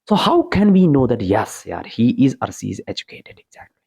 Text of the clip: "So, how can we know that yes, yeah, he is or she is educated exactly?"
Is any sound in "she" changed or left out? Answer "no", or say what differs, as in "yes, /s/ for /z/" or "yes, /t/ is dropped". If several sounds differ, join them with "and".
yes, /s/ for /ʃ/